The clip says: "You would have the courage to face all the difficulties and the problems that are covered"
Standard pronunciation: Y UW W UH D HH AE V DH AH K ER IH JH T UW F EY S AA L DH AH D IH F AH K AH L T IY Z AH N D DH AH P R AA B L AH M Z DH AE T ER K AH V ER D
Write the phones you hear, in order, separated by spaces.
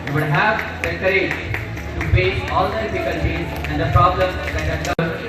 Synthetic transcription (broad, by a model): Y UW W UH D HH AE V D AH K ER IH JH T UW P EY AA L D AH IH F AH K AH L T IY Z AH N D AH P R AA B L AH M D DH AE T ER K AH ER